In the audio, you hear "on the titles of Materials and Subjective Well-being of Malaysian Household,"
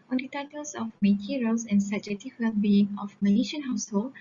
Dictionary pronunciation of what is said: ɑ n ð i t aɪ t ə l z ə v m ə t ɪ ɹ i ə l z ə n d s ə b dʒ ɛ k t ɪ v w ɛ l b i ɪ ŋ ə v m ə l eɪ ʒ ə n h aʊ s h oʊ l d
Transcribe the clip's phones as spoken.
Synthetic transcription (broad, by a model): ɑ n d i t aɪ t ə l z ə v m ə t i ɹ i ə l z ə n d s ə dʒ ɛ t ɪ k w ɛ l b i ɪ ŋ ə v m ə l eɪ ʃ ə n h aʊ s h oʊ l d